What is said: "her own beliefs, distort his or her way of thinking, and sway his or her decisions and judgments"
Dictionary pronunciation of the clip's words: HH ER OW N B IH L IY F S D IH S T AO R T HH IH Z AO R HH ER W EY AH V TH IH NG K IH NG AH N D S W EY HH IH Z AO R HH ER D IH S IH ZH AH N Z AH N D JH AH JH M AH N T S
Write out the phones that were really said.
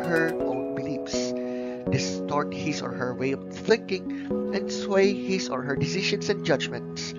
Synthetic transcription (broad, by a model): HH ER OW N B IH L IY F S D IH S T AO R T HH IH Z AO R HH ER W EY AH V TH IH NG K IH NG AH N D S W EY HH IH S AO R HH ER D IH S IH SH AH N S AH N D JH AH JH M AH N T S